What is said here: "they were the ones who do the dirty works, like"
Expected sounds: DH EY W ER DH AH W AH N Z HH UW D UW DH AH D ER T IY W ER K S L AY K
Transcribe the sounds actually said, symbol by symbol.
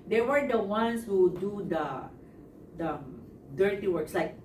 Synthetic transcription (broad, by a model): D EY W ER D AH W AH N S HH UW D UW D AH D ER T IY W ER K S L AY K